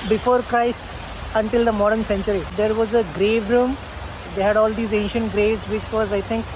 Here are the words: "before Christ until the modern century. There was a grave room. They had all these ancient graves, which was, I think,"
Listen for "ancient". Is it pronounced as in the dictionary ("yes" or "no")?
yes